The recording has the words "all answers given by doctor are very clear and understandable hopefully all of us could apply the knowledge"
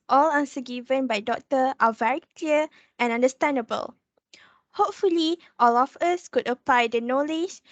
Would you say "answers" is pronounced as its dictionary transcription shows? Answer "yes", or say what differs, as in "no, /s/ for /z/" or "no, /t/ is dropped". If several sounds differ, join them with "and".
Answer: no, /z/ is dropped